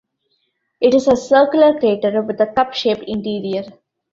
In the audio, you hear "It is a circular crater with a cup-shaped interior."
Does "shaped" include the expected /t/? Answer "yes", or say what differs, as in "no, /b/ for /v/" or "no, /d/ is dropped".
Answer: no, /t/ is dropped